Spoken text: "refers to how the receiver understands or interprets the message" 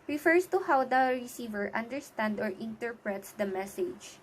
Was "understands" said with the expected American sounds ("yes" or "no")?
no